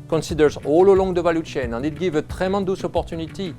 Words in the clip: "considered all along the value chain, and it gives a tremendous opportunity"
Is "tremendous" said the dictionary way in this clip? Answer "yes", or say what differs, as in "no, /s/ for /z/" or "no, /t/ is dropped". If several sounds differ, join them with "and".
no, /n/ is dropped